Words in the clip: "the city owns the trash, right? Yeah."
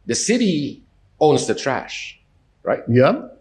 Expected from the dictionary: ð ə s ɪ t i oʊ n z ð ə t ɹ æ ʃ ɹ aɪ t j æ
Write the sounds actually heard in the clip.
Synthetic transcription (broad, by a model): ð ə s ɪ t i oʊ n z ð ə t ɹ æ ʃ ɹ aɪ t j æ